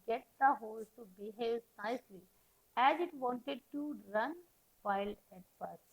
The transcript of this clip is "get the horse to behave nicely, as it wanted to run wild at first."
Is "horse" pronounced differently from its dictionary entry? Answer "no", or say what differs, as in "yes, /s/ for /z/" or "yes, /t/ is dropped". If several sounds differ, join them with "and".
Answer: yes, /l/ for /ɹ/